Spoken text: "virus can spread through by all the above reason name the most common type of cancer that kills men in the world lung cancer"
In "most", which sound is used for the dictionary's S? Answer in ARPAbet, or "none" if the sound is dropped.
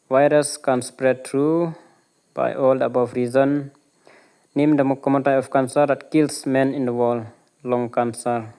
none